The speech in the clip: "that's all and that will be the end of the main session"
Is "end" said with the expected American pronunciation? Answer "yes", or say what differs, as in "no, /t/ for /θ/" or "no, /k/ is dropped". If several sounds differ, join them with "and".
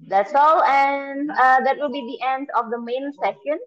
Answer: yes